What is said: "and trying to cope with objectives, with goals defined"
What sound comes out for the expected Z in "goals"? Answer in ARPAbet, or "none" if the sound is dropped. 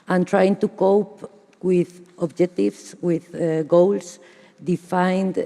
S